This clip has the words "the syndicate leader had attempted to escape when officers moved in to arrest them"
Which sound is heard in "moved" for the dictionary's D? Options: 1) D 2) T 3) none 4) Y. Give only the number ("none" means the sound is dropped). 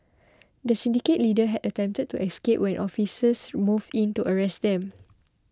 3